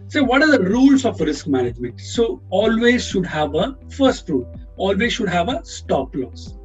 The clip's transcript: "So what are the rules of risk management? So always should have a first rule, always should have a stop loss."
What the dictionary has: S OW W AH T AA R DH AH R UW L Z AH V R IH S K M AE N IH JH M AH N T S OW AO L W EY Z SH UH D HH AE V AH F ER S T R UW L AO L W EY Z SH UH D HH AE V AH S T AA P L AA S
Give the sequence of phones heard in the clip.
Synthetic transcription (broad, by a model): S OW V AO T AA R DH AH R UW L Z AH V R IH S K M AE N IH JH M AH N T S OW AO L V EY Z SH UH D HH AE V AH F ER S T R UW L AO L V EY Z SH UH D HH AE V AH S T AA P L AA S